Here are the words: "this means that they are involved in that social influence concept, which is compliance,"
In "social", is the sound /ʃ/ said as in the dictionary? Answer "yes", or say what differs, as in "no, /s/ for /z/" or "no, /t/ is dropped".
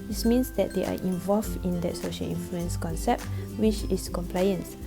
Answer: yes